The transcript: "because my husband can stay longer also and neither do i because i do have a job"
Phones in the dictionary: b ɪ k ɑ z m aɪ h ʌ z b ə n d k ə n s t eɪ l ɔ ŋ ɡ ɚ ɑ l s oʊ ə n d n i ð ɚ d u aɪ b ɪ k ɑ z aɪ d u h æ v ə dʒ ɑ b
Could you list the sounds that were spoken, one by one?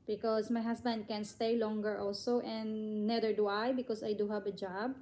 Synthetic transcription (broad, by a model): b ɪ k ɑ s m aɪ h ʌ s b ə n d k ə n s t eɪ l ɔ ŋ ɡ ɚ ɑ l s oʊ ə n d n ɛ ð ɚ d u aɪ b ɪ k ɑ s aɪ d u h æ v ə dʒ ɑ b